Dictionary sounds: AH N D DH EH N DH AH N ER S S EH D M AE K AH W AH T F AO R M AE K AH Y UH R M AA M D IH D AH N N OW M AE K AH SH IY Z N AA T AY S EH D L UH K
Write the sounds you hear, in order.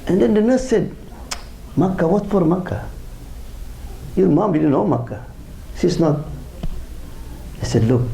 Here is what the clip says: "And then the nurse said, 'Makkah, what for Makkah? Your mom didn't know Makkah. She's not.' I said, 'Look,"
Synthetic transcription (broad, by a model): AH N D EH N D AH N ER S S EH D M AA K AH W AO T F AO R M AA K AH Y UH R M AA M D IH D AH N N OW M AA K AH S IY S N AA T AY S EH D L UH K